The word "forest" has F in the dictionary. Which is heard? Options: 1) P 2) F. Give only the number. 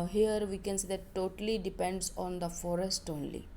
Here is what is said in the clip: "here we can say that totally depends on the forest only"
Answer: 2